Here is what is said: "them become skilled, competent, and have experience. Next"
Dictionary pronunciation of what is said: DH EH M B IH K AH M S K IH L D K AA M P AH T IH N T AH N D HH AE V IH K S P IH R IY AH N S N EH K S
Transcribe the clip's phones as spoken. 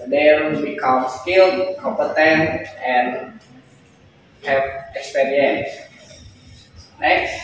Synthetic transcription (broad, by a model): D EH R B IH K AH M S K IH L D K AA M P AH T IH N T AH N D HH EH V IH K S P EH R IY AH N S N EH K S